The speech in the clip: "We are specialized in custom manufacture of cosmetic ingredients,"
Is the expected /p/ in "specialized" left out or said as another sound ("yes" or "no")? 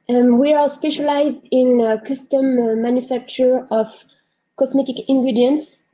no